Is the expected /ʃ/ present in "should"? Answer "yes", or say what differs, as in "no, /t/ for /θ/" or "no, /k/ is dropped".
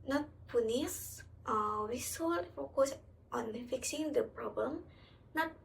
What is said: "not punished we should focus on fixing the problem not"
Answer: no, /s/ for /ʃ/